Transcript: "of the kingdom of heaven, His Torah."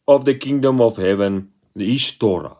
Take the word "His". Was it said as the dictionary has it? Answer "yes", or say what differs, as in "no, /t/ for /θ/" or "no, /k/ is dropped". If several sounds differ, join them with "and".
no, /s/ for /z/